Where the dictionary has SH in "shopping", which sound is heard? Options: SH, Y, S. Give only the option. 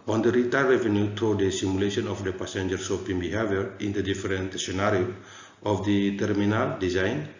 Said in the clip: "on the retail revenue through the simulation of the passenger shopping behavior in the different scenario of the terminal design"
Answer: S